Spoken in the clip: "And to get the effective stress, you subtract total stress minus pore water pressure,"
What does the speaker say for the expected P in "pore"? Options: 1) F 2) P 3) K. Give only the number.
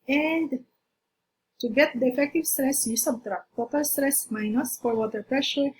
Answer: 1